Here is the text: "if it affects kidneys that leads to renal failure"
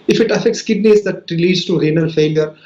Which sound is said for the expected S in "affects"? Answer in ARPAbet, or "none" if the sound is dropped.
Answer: S